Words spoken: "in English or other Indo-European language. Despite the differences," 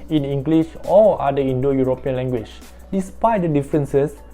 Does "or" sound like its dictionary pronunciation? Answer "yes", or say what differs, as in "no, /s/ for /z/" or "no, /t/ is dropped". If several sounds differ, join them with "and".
no, /l/ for /ɹ/